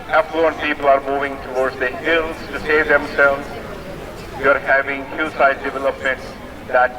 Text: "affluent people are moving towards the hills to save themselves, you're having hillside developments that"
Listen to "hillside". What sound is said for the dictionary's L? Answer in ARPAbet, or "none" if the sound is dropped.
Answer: none